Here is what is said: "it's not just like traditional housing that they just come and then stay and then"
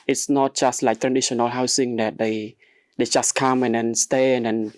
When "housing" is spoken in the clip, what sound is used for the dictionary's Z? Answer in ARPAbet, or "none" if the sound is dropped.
S